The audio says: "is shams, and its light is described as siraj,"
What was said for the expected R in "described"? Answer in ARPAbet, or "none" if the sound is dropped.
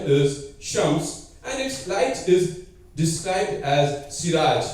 R